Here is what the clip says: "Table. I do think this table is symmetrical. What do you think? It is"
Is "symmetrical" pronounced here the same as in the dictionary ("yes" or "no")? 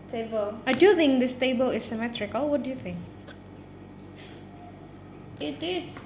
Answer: yes